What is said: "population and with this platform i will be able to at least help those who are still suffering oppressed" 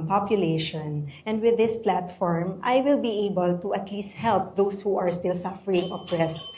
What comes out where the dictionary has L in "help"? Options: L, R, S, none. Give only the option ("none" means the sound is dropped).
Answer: L